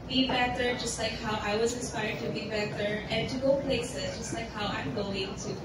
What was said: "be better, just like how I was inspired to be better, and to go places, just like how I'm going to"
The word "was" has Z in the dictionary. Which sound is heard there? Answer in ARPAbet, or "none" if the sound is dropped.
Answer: Z